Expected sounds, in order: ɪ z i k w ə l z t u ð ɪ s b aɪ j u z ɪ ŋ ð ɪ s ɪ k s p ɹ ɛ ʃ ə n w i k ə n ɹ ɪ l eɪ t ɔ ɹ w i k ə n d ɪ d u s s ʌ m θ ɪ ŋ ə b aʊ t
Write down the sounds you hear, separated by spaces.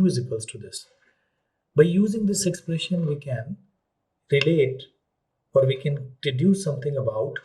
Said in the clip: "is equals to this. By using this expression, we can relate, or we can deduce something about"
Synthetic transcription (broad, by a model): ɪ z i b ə l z t u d ɪ s b aɪ j u z ɪ ŋ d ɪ s ɪ k s p ɹ ɛ ʃ ə n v i k ə n ɹ ɪ l eɪ t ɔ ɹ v i k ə n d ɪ d u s s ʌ m t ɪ ŋ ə b aʊ t